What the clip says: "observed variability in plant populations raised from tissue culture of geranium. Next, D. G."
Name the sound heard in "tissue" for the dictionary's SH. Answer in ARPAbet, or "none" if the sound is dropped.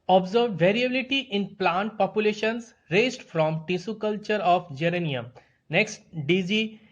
S